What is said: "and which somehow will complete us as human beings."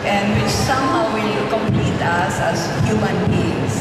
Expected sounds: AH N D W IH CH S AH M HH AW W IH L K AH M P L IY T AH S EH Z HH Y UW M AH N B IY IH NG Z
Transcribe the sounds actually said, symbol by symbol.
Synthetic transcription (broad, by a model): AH N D W IH CH S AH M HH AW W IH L K AH M P L IY T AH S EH S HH Y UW M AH N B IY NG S